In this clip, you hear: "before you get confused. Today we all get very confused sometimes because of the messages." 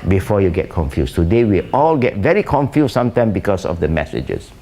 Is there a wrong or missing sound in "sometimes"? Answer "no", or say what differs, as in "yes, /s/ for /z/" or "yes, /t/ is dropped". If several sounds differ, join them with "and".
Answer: yes, /z/ is dropped